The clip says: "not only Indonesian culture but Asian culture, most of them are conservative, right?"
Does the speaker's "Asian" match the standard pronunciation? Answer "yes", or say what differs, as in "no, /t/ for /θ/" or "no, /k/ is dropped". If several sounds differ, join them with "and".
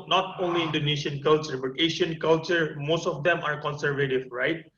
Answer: no, /ʃ/ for /ʒ/